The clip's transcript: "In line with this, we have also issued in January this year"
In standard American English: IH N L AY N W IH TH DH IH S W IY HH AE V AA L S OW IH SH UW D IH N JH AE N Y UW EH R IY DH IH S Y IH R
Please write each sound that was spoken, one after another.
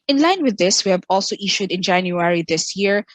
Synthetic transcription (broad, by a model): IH N L AY N W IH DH IH S W IY HH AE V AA L S OW IH SH UW D IH N JH AE N Y UW EH R IY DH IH S Y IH R